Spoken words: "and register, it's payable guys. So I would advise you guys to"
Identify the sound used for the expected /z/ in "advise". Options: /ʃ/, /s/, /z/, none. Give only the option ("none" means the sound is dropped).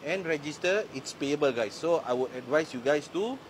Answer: /s/